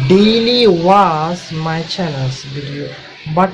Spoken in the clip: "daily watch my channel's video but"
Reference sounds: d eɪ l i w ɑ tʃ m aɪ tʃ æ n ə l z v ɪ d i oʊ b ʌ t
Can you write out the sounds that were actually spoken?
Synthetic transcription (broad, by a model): d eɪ l i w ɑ s m aɪ tʃ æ n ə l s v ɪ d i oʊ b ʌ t